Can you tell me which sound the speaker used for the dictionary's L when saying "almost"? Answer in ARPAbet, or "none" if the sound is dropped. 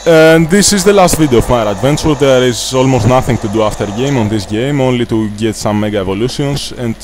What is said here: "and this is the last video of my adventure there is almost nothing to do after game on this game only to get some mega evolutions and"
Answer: L